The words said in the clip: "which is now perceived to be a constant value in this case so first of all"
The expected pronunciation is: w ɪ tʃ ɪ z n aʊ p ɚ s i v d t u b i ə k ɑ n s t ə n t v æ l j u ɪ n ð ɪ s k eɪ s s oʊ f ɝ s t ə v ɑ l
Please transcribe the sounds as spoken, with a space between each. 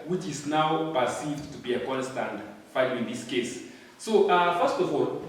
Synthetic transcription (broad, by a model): w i tʃ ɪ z n aʊ p ɚ s i v d t u b i ə k ɑ n s t ə n t f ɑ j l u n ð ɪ s k eɪ s s oʊ f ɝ s t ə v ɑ l